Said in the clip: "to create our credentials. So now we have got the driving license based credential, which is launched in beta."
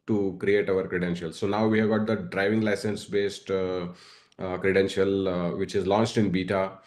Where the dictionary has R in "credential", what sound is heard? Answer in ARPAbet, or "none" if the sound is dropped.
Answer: R